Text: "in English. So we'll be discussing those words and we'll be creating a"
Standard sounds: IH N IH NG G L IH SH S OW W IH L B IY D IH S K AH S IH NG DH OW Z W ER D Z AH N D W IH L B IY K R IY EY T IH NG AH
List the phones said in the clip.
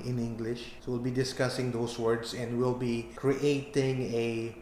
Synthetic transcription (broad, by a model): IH N IH NG G L IH SH S OW W IH L B IY D IH S K AH S IH NG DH OW S W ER D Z AH N D W IH L B IY K R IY EY T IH NG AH